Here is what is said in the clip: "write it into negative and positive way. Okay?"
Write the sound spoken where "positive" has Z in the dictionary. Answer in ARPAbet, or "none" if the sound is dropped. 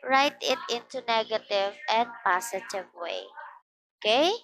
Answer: S